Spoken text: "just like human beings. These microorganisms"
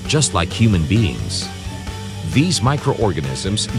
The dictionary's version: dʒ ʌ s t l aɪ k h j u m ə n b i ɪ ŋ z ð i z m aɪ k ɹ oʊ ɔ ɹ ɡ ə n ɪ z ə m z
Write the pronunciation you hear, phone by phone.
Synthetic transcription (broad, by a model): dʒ ʌ s t l aɪ k h j u m ə n b i ɪ ŋ z ð i z m aɪ k ɹ oʊ ɔ ɹ ɡ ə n ɪ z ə m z